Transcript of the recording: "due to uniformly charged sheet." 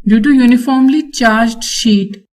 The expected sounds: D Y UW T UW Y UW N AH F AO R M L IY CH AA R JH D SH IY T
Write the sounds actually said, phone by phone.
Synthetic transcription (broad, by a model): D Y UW T UW Y UW N AH F AO R M L IY CH AA R JH D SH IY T